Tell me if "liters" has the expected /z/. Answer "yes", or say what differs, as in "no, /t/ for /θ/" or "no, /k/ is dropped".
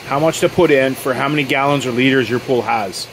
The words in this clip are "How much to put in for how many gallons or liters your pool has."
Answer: yes